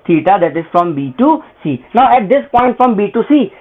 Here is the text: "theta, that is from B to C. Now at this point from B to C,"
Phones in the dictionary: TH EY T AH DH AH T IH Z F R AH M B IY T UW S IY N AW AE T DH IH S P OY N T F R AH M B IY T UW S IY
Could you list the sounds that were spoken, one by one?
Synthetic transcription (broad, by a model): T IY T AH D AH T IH S F R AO M B IY T UW S IY N AW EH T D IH S P OY N T F R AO M B IY T UW S IY